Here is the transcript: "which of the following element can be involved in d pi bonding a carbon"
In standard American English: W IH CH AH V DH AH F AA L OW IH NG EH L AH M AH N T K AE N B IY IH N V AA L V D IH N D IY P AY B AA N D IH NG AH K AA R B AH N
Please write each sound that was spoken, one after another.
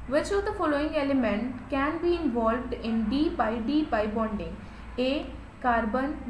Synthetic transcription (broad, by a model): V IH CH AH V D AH F AA L OW IH NG EH L AH M AH N T K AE N B IY IH N V AA L V D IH N D IY B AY B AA N D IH NG AH K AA R B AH N